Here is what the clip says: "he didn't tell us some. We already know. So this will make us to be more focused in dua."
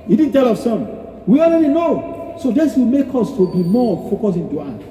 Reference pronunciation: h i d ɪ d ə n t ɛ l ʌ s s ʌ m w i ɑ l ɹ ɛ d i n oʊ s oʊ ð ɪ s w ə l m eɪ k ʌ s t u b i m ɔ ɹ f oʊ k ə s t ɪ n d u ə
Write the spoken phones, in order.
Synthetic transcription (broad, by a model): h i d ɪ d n t ɛ l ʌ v s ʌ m w i ɑ l ɹ ɛ d i n oʊ s oʊ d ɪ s w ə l m eɪ k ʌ s t u b i m ɔ f oʊ k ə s ɪ n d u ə